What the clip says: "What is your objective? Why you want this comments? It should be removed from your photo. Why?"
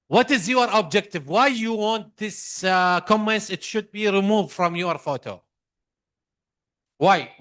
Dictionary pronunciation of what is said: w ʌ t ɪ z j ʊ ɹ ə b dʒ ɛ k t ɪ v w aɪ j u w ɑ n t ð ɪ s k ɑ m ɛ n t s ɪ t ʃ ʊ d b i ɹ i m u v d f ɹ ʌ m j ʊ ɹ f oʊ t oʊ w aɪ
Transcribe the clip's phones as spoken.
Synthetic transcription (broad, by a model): w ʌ t ɪ z j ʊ ɹ ə b dʒ ɛ k t ɪ v w aɪ j u w ɑ n t ð ɪ s k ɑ m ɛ n s ɪ t ʃ ʊ d b i ɹ i m u v d f ɹ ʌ m j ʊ ɹ f oʊ t oʊ w aɪ